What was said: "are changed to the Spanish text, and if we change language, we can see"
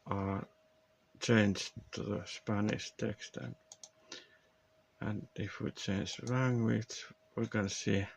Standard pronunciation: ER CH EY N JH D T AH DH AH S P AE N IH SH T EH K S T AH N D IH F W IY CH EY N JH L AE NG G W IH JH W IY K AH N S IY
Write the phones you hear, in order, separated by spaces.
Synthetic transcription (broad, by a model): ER CH EY N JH T AH DH AH S P AE N IH SH T EH K S T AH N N IH F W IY CH EY N JH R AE NG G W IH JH W IY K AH N S IY